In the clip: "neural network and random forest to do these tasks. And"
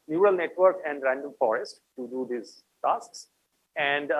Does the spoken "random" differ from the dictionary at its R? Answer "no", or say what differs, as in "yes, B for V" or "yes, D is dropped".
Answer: no